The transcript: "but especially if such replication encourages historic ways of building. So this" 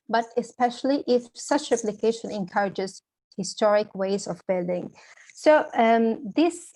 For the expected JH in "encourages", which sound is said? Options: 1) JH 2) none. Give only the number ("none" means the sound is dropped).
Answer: 1